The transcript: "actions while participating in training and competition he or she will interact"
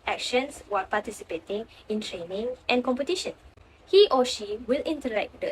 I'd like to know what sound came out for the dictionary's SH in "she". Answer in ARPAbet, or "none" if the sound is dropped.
SH